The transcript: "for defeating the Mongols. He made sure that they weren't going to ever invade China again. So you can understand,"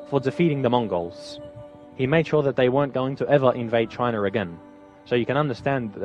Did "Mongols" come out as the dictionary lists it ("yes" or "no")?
yes